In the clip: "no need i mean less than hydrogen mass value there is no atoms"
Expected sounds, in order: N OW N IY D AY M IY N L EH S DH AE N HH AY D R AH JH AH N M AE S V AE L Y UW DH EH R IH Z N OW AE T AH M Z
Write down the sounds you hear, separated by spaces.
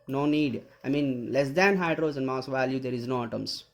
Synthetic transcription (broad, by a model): N OW N IY D AY M IY N L EH S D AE N HH AY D R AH Z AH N M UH S V AE L Y UW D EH R IH Z N OW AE T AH M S